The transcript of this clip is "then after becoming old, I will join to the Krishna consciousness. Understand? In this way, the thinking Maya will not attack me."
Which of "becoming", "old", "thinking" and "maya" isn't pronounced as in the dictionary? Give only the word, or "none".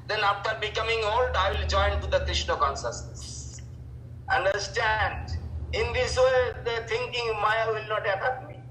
thinking